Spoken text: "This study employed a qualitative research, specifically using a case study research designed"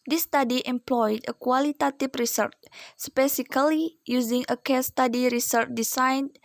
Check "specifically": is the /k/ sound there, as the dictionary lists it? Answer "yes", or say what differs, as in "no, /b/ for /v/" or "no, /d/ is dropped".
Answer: no, /k/ is dropped